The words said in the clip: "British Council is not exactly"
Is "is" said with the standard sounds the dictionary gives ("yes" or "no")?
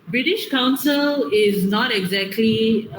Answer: yes